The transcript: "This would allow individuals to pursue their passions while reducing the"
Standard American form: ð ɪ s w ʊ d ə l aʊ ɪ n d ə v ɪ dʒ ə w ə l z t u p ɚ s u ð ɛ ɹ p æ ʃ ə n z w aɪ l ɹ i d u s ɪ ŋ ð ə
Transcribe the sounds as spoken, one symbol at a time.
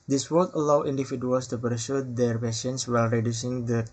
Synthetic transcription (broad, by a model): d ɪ s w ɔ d ə l aʊ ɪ n d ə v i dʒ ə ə l s t u p ɚ s u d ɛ ɹ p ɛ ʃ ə n s w aɪ l ɹ i d u s ɪ ŋ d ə